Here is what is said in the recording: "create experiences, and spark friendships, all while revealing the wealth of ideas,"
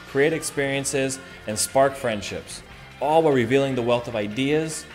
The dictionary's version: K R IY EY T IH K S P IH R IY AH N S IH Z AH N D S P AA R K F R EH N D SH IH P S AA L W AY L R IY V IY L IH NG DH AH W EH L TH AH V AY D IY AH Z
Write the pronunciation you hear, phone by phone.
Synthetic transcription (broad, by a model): K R IY EY T IH K S P IH R IY AH N S IH Z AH N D S P AA R K F R EH N D SH IH P S AA L W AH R R IY V IY L IH NG DH AH W EH L TH AH V AY D IY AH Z